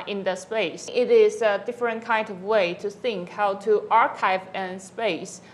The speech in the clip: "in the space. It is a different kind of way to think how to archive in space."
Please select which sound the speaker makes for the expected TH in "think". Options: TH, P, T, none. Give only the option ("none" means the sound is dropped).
TH